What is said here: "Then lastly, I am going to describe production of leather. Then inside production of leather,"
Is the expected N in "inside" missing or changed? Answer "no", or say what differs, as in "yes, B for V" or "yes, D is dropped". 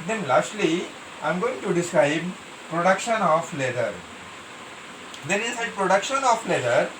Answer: yes, N is dropped